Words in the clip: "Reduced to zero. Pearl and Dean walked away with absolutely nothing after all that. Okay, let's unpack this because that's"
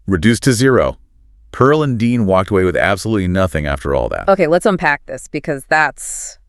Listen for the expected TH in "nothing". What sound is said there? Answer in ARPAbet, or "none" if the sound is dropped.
TH